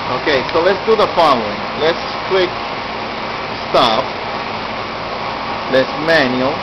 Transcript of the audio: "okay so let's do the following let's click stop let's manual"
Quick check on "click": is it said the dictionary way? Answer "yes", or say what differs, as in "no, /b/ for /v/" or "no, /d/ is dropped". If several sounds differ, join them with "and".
no, /w/ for /l/